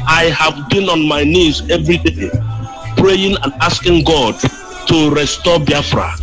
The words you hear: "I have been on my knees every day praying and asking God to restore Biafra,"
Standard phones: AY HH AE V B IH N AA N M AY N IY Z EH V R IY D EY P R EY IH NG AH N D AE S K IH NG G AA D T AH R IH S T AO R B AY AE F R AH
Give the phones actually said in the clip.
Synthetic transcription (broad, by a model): AY HH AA V B IH N AA N M AY N IY Z EH V R IY D EY P R EY IH NG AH N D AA S K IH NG G AA D T AH R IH S T AO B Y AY F R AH